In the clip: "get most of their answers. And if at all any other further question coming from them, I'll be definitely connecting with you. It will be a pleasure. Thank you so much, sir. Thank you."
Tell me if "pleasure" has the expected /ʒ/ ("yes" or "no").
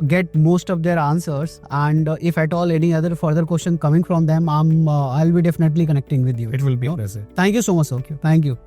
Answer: no